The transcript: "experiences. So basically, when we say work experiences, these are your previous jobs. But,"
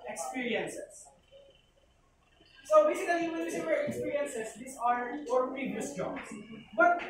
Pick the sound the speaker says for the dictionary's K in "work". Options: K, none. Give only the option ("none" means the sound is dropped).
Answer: none